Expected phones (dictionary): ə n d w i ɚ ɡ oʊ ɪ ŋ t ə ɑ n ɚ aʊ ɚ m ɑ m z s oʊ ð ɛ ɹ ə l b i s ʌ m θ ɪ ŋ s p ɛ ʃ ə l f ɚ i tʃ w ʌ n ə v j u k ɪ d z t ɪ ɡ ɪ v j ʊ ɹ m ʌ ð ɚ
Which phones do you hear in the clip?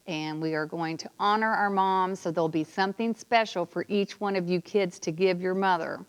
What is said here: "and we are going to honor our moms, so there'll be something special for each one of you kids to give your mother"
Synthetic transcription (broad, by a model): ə n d w i ɚ ɡ oʊ ɪ ŋ t ə ɑ n ɚ aʊ ɚ m ɑ m z s oʊ ð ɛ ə l b i s ʌ m θ ɪ ŋ s p ɛ ʃ l f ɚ i tʃ w ʌ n ə v j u k ɪ d z t ɪ ɡ ɪ v j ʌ ɹ m ʌ ð ɚ